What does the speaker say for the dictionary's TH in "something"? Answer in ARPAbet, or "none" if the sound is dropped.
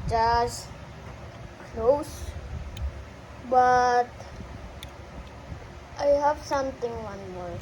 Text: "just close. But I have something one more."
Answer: T